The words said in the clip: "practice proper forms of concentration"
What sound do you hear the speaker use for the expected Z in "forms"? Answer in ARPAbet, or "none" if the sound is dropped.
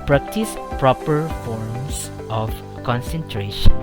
S